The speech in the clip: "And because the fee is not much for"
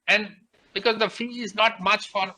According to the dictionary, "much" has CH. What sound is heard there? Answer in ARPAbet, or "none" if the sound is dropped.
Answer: CH